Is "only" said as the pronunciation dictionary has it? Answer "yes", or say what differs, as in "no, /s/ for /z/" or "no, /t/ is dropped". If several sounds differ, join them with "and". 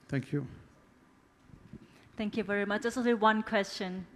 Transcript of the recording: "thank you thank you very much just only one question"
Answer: no, /n/ is dropped